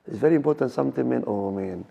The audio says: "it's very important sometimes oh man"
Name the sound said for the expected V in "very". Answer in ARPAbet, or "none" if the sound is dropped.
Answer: V